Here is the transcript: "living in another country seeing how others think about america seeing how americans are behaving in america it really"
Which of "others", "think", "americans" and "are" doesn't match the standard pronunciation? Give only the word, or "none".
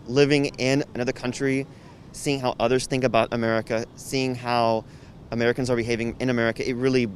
none